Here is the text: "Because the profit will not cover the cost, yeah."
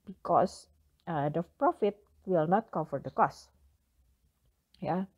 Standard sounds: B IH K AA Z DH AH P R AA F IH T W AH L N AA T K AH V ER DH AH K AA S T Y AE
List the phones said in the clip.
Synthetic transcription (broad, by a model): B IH K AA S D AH P R AA F IH T W AH L N AA T K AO F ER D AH K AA S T Y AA